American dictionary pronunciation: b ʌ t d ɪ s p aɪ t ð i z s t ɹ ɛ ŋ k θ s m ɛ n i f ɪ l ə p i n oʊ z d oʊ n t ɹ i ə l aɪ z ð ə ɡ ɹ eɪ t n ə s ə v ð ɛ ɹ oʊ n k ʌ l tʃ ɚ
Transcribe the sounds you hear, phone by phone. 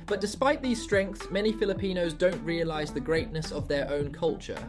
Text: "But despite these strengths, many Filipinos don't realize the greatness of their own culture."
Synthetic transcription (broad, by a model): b ʌ t d ɪ s p aɪ t ð i z s t ɹ ɛ ŋ k θ s m ɛ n i f ɪ l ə p i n oʊ z d oʊ n t ɹ i ə l aɪ z ð ə ɡ ɹ eɪ t n ə s ə v ð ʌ ɹ oʊ n k ʌ l tʃ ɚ